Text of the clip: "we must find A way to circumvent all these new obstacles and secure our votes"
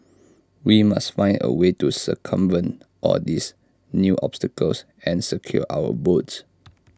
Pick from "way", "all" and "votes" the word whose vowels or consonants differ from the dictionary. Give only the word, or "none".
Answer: votes